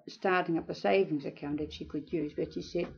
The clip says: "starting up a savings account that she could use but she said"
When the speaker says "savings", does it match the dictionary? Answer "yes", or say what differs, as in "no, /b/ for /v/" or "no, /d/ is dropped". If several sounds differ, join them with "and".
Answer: yes